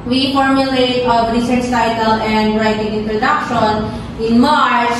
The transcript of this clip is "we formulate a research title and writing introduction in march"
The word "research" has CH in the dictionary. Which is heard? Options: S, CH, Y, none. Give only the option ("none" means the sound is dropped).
S